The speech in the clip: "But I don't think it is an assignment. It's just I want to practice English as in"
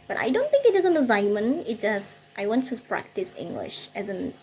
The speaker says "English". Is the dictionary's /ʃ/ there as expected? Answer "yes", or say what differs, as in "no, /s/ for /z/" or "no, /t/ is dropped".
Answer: yes